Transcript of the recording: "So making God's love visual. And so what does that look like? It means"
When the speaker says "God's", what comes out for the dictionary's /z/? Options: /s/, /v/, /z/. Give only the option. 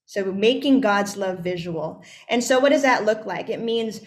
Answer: /z/